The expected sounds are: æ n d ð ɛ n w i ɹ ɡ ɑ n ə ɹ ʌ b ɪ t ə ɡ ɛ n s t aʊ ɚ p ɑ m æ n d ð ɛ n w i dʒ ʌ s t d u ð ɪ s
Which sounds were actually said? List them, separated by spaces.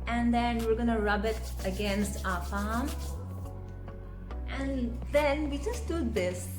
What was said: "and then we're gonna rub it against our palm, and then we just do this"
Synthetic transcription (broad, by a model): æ n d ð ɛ n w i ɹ ɡ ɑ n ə ɹ ʌ b ɪ t ə ɡ ɛ n s t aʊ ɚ f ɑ m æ n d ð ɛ n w i dʒ ʌ s t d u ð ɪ s